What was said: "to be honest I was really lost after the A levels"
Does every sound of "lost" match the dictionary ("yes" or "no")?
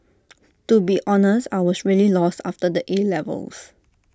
yes